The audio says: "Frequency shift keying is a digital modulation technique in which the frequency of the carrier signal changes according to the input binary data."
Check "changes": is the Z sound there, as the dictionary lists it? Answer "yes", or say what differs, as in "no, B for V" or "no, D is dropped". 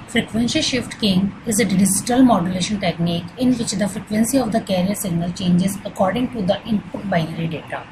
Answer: yes